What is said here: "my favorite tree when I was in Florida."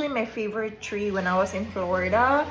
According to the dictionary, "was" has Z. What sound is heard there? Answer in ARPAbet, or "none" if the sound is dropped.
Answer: S